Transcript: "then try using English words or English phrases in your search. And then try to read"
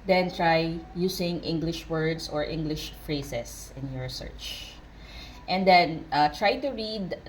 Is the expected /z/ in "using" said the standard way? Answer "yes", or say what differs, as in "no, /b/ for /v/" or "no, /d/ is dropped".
no, /s/ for /z/